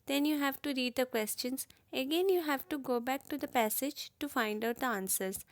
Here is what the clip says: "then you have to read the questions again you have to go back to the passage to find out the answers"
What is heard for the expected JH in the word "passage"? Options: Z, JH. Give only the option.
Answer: JH